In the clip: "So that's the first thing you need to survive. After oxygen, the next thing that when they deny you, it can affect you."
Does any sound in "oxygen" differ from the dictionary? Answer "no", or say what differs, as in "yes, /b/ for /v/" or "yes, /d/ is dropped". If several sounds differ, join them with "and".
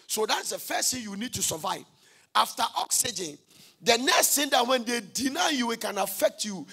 no